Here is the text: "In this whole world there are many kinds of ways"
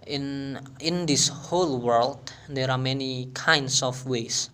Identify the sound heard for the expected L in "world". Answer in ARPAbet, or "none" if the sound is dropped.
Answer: L